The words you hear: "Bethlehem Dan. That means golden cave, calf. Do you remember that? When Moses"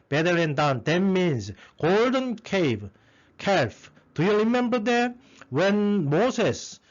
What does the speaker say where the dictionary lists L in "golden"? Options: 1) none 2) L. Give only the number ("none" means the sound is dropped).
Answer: 2